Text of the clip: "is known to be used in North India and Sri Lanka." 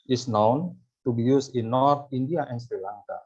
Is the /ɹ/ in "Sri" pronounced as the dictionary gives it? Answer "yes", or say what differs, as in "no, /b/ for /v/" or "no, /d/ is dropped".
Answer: yes